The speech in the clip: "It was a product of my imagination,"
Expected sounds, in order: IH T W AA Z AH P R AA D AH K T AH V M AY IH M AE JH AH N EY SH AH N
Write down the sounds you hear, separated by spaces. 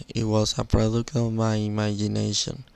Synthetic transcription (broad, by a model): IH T W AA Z AH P R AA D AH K AH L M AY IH M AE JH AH N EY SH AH N